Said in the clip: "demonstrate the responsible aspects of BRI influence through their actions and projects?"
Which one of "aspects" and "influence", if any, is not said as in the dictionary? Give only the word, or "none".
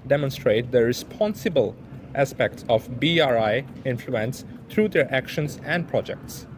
none